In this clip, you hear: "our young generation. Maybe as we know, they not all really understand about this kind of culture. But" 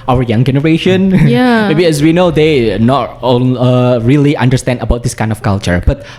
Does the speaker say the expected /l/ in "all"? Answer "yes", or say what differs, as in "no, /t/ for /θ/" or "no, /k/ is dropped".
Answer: no, /n/ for /l/